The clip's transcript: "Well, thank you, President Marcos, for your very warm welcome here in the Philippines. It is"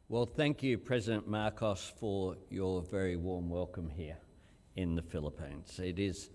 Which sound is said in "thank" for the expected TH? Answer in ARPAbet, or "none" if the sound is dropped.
TH